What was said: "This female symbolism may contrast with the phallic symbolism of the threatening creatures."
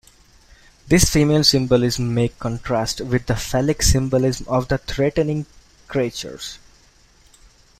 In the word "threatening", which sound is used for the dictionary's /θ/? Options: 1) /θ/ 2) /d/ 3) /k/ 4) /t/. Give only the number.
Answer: 4